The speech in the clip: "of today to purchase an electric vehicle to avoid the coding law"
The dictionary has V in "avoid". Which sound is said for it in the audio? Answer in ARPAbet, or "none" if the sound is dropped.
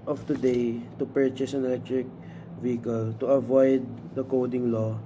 V